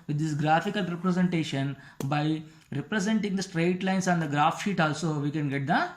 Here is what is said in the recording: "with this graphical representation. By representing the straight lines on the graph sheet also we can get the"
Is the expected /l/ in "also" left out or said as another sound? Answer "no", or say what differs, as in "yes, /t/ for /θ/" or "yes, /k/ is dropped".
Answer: no